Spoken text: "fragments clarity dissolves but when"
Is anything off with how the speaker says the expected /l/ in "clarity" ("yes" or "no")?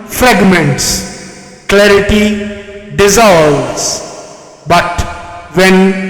no